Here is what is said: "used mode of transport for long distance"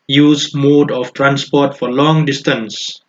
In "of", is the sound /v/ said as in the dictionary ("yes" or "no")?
no